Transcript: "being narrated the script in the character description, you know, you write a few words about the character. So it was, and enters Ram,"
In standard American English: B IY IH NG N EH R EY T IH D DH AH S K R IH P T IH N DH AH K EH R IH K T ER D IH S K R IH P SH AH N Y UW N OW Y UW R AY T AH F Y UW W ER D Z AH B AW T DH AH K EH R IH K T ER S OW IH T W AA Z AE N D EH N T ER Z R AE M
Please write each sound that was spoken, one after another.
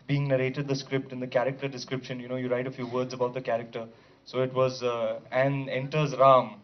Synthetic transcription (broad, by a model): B IY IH NG N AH R EY T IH D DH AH S K R IH P T IH N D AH K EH R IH K T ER D IH S K R IH P SH AH N Y UW N OW Y UW R AY T AH F Y UW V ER D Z AH B AW T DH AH K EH R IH K T ER S OW IH T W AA Z AE N D EH N T ER Z R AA M